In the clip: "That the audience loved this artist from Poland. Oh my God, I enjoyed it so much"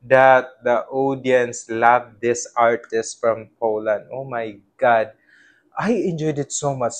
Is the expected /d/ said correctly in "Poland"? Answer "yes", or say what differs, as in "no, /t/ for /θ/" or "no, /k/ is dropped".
yes